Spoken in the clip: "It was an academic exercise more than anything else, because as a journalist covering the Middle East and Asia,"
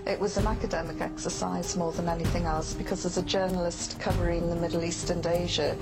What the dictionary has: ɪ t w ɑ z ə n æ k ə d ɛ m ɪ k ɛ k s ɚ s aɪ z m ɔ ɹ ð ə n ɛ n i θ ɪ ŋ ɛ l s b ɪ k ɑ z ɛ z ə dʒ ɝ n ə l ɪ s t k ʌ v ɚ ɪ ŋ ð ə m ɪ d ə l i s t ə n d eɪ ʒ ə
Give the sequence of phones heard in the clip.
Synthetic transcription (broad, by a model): ɪ t w ɑ z ə n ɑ k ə d ɛ m ɪ k ɛ k s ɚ s aɪ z m ɔ ð ə n ɛ n i θ ɪ ŋ ɛ l s b ɪ k ɑ z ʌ z ə dʒ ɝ n ə l ɪ s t k ʌ v ɚ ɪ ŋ ð ə m ɪ d l i s t ə n d eɪ ʒ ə